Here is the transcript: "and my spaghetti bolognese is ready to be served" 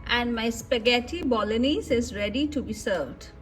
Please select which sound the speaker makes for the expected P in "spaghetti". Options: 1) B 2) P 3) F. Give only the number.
2